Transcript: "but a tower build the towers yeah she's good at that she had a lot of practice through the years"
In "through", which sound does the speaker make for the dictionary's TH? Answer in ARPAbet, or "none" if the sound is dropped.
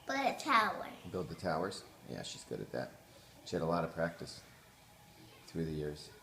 TH